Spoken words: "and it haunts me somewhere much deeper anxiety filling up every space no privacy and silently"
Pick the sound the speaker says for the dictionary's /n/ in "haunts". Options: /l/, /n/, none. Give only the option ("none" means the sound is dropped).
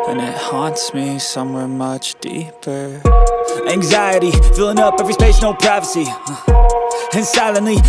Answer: /n/